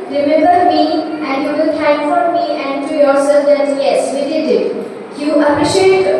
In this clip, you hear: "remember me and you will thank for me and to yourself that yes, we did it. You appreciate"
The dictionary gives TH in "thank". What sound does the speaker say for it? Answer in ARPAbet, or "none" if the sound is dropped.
T